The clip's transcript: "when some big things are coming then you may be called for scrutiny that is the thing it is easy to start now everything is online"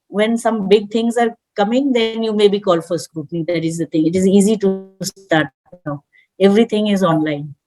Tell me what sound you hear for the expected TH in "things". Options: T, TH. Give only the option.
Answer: T